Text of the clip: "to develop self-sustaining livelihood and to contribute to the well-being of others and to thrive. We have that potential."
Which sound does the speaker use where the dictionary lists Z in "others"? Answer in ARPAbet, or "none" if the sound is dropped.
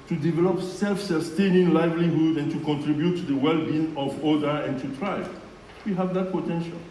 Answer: none